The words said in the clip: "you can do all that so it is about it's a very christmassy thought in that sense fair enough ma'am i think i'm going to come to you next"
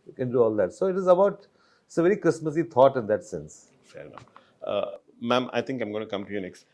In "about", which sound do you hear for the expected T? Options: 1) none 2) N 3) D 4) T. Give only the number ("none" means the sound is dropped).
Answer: 1